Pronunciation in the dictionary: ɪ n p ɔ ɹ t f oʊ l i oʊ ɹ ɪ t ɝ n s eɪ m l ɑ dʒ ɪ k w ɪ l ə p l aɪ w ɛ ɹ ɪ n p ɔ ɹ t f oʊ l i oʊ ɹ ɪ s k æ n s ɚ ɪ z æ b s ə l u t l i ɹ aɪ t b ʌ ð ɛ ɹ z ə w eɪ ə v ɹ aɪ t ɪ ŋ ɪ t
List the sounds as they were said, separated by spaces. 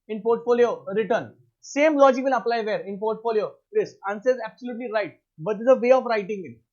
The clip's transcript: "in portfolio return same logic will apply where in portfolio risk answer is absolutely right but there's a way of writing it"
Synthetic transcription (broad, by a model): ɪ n p ɔ ɹ t f oʊ l i oʊ ɹ ɪ t ɝ n s eɪ m l ɑ dʒ ɪ k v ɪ l ə p l aɪ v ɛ ɹ ɪ n p ɔ ɹ t f oʊ l i oʊ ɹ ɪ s ɑ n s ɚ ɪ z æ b s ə l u t l i ɹ aɪ t b ʌ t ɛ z ə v eɪ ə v ɹ aɪ t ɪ ŋ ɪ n